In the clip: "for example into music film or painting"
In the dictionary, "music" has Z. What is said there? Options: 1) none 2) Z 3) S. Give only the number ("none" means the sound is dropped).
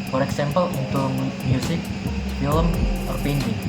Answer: 3